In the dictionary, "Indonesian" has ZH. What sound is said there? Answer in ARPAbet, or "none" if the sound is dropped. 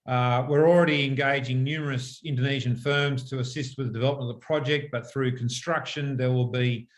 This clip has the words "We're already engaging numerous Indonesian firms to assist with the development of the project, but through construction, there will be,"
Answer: ZH